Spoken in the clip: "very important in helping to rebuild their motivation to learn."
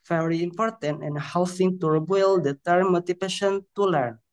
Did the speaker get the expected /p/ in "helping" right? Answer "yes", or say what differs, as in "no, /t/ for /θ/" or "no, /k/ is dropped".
no, /f/ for /p/